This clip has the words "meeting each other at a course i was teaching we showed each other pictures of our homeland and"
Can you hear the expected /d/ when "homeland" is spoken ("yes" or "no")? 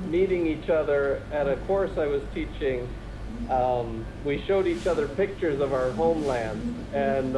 yes